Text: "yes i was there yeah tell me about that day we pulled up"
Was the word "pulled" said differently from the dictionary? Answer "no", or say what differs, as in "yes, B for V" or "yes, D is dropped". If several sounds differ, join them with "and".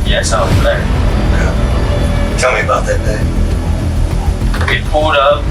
yes, L is dropped